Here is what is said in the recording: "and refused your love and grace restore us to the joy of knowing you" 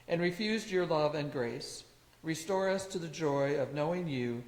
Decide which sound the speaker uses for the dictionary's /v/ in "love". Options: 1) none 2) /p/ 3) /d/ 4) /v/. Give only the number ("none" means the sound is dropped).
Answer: 4